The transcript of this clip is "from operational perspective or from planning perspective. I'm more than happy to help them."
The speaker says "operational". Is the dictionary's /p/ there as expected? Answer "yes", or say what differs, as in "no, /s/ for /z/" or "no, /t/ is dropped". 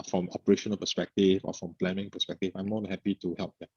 yes